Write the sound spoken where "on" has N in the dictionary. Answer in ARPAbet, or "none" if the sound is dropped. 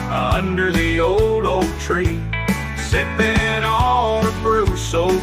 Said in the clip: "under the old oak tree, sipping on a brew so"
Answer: L